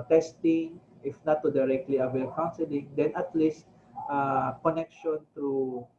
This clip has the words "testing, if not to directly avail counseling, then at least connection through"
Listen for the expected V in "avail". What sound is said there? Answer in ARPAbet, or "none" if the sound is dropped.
W